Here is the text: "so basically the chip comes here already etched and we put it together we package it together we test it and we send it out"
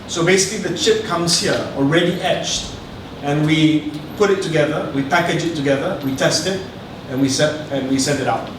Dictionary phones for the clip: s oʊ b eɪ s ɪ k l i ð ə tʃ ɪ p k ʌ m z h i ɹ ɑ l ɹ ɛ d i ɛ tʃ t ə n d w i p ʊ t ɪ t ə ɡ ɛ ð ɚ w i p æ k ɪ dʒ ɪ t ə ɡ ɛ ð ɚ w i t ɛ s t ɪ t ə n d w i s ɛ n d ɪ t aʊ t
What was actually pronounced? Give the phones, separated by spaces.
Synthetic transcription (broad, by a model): s oʊ b eɪ s ɪ k l i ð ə tʃ ɪ p k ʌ m s h i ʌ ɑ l ɹ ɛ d i ɛ tʃ t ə n w i p ʊ t ɪ t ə ɡ ɛ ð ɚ w i p æ k ɪ dʒ ɪ t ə ɡ ɛ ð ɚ w i t ɛ s t ɪ t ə n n w i s ɛ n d ɪ t aʊ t